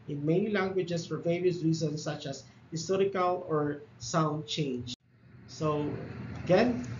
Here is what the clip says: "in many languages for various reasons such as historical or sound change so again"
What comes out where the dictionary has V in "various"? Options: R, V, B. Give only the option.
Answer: V